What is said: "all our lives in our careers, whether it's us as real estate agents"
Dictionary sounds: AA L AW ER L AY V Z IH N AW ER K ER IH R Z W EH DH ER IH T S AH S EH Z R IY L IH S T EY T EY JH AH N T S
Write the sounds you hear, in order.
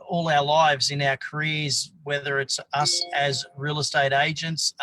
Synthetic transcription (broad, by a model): AA L AW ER L AY V Z IH N AW ER K ER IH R Z W EH DH ER IH T S AH S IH Z R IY L IH S T EY T EY JH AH N T S